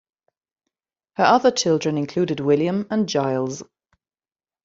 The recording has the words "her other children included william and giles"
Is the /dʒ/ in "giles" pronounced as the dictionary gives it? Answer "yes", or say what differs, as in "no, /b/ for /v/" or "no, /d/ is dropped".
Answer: yes